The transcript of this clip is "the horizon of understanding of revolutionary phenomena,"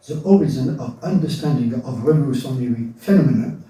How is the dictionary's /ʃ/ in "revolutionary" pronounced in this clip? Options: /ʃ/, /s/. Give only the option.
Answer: /s/